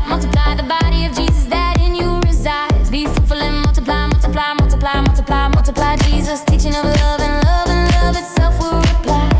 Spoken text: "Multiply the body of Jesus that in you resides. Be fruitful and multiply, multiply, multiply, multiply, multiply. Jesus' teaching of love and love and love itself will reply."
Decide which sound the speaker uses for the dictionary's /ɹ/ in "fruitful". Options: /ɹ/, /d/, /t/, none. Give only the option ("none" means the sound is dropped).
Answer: none